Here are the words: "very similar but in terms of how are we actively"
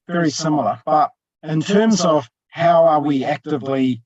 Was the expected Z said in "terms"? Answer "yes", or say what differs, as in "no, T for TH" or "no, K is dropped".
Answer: yes